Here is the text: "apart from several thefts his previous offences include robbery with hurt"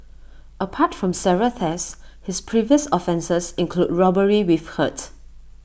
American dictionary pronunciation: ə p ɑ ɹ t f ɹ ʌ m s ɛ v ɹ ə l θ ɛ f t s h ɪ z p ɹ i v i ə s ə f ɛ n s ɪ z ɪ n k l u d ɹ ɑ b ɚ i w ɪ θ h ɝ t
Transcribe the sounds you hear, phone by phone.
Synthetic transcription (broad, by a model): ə p ɑ t f ɹ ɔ m s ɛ ɹ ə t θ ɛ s h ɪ s p ɹ i v i ə s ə f ɛ n s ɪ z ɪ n k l u d ɹ ɑ b ɚ i w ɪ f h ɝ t